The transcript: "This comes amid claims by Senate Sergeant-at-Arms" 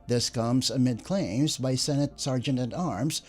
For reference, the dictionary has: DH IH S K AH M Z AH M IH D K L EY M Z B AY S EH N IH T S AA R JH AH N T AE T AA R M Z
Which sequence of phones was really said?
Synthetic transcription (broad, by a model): DH IH S K AH M Z AH M IH D K L EY M Z B AY S EH N IH T S AA R JH AH N T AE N AA R M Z